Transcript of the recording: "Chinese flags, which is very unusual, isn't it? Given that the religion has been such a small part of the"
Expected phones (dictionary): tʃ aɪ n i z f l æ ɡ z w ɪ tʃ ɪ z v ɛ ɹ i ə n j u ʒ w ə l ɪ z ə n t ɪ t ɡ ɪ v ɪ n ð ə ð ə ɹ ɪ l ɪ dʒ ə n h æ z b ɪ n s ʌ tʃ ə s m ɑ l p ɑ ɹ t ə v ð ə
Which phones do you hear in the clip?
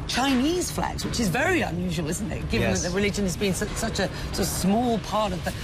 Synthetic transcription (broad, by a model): tʃ aɪ n i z f l æ ɡ z w ɪ tʃ ɪ z v ɛ ɹ i ə n j u ʒ w ə l ɪ z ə n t ɪ t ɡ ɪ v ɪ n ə ð ə ɹ ɪ l ɪ dʒ ə n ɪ z b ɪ n s ʌ tʃ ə s m ɑ l p ɑ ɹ t ə v ð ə